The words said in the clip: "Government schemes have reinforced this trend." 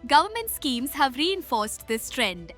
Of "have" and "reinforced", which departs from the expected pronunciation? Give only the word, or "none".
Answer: none